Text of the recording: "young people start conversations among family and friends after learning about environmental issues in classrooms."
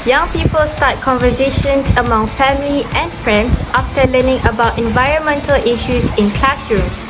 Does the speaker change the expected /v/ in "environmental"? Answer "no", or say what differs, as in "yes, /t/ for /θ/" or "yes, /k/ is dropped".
no